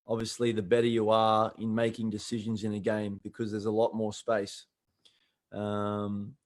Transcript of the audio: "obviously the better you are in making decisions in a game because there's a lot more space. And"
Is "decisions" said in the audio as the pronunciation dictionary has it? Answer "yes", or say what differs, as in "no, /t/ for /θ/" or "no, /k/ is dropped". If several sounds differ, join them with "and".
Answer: yes